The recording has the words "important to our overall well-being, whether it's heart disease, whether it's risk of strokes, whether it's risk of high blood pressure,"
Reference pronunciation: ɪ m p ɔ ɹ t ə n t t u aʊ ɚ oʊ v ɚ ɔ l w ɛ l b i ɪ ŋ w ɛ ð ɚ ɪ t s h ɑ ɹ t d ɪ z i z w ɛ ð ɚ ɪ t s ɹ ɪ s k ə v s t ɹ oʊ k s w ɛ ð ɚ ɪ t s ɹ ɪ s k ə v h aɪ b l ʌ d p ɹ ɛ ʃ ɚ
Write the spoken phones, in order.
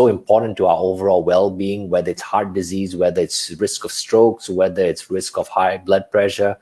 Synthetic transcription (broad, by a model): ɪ m p ɔ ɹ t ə n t t u aʊ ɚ oʊ v ɚ ɔ l w ɛ l b i ɪ ŋ w ɛ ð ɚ ɪ t s h ɑ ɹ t d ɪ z i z w ɛ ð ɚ ɪ t s ɹ ɪ s k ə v s t ɹ oʊ k s w ɛ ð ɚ ɪ t s ɹ ɪ s k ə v h aɪ b l ʌ d p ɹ ɛ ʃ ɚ